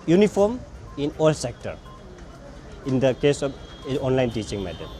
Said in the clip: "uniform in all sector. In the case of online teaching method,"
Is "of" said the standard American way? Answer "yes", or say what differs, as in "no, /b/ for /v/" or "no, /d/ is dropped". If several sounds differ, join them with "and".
no, /p/ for /v/